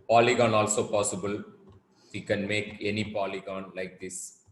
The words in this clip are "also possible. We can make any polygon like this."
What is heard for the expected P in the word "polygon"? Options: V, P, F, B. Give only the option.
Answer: P